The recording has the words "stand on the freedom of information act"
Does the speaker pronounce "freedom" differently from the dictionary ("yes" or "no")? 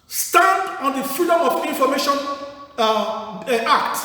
yes